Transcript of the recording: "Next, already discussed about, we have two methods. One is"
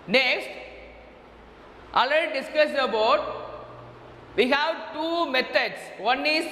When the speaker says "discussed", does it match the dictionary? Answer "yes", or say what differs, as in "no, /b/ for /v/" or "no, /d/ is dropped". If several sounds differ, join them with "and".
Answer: no, /t/ is dropped